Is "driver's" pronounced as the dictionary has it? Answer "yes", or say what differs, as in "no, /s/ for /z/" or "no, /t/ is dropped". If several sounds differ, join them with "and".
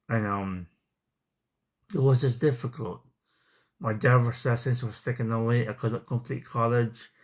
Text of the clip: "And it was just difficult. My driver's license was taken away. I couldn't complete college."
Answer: no, /ɹ/ is dropped